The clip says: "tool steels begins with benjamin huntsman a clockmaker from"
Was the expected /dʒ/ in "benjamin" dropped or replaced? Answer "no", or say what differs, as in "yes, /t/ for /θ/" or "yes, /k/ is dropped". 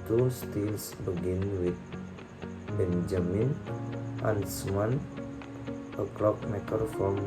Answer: no